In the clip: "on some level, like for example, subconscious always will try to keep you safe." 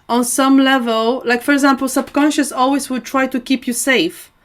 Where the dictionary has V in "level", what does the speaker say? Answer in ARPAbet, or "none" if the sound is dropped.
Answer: V